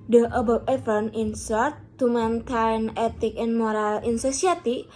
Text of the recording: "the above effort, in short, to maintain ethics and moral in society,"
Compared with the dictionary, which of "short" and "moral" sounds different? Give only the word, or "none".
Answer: short